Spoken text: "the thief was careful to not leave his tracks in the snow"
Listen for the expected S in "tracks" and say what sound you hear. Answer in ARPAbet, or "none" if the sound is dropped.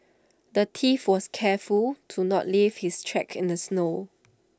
none